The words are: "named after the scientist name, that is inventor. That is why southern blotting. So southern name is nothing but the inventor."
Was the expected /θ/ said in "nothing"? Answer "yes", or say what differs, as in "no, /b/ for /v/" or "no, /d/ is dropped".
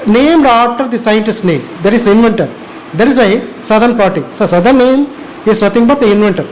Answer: no, /t/ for /θ/